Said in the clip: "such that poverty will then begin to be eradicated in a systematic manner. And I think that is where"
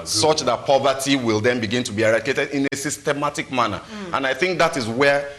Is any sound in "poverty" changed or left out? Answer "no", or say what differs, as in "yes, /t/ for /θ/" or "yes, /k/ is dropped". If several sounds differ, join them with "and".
no